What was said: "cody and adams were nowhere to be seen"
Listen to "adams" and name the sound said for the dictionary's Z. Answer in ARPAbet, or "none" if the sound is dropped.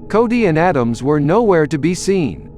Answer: Z